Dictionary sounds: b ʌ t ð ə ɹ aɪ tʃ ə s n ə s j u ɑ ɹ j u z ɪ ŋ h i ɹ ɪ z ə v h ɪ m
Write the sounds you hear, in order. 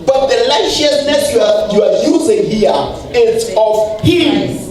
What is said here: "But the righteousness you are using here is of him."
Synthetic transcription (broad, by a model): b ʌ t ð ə l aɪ ʃ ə s n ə s j u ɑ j j u z ɪ ŋ h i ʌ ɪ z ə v h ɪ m